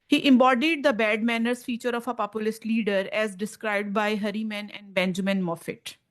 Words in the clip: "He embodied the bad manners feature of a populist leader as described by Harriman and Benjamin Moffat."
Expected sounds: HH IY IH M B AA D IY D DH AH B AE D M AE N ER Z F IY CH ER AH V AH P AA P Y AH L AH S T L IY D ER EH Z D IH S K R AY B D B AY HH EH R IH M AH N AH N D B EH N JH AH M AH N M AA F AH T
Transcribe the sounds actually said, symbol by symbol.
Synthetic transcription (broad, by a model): HH IY IH M B AA D IY D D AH B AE D M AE N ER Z F IY CH ER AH F AH P AA P Y AH L AH S T L IY D ER EH Z D IH S K R AY B D B AY HH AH R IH M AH N AH N D B EH N JH AH M AH N M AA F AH T